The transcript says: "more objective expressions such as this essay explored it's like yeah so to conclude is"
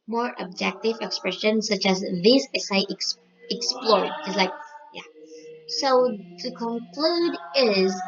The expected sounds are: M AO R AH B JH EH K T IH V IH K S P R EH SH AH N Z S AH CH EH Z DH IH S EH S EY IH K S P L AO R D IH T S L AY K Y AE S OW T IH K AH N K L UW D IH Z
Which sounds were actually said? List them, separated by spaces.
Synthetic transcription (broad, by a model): M AO R AH B JH EH K T IH V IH K S P R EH SH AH N S AH CH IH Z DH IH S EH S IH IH K S P L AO R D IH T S L AY K Y AE S OW T IH K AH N K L UW D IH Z